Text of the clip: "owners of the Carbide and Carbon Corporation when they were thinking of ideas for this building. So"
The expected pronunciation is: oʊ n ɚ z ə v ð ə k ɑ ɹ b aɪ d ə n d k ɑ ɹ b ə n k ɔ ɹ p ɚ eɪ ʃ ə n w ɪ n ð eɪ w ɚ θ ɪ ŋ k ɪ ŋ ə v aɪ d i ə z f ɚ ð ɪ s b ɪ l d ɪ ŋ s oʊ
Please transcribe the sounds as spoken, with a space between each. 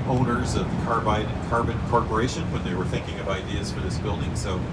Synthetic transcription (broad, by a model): oʊ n ɚ z ə v ð ə k ɑ ɹ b aɪ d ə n k ɑ ɹ b ə n k ɔ ɹ p ɚ eɪ ʃ ə n w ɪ n ð eɪ w ɚ θ ɪ ŋ k ɪ ŋ ə v aɪ d i ə z f ɚ ð ɪ s b ɪ l d ɪ ŋ s oʊ